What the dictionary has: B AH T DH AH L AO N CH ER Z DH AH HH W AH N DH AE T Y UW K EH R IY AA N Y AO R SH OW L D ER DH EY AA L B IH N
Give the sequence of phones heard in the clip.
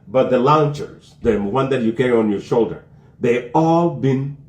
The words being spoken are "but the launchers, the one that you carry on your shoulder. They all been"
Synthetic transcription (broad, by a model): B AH T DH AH L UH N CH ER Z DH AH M W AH N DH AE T Y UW K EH R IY AA N Y AO R SH OW L D ER DH EY AA L B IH N